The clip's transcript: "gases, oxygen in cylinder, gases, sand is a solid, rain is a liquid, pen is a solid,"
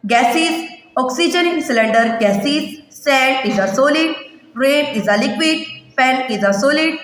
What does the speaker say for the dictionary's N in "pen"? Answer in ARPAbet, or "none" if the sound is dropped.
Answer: L